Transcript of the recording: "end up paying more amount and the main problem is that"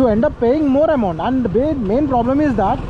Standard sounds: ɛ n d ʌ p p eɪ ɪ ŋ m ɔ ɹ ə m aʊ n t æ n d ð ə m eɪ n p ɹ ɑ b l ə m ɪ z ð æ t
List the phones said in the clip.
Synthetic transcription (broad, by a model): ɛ n d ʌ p p eɪ ɪ ŋ m ɔ ɹ ə m aʊ n t æ n d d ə m eɪ n p ɹ ɑ b l ə m ɪ z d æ t